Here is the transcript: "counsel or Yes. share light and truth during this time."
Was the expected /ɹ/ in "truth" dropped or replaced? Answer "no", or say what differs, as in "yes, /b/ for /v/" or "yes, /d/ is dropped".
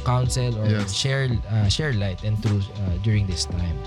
yes, /ɹ/ is dropped